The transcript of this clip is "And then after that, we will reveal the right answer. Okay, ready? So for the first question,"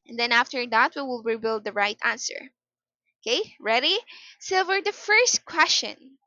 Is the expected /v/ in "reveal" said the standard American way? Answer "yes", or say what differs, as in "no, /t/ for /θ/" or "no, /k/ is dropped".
no, /b/ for /v/